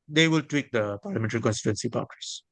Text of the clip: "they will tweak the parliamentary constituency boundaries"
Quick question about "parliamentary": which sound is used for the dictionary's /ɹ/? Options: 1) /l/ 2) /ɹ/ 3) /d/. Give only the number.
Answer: 2